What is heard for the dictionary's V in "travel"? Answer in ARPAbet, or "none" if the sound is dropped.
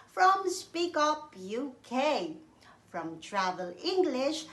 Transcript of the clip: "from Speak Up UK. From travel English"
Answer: V